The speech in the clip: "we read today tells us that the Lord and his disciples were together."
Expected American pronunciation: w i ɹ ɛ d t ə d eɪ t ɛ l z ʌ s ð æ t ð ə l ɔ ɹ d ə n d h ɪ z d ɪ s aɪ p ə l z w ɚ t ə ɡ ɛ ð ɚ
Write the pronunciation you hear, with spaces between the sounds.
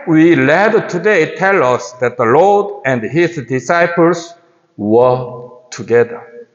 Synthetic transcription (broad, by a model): w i l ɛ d t ə d eɪ t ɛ l ʌ s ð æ t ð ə l ɔ ɹ d ə n d h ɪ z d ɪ s aɪ p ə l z w ɚ t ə ɡ ɛ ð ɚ